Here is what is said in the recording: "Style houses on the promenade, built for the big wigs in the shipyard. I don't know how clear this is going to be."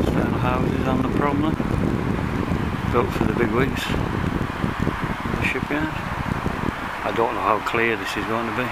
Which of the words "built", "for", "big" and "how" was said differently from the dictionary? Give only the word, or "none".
built